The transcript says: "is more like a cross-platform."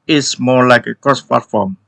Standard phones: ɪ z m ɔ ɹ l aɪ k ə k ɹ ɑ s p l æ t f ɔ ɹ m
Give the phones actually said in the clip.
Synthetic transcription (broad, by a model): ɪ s m ɔ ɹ l aɪ k ə k ɹ ɑ s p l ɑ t f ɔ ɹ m